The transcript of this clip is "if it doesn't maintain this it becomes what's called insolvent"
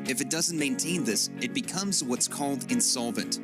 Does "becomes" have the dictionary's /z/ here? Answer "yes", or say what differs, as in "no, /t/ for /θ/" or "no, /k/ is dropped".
yes